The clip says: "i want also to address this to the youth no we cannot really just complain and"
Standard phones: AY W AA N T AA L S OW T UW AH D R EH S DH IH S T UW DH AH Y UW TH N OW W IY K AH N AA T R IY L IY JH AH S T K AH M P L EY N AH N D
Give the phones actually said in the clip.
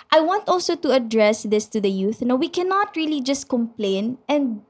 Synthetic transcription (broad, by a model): AY W AA N T AA L S OW T UW AH D R EH S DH IH S T UW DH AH Y UW TH N OW W IY K AH N AA T R IY L IY JH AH S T K AH M P L EY N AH N D